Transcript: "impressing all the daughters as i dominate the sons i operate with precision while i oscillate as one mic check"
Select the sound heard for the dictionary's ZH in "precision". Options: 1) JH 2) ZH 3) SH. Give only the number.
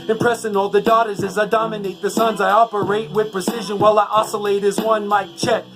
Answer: 2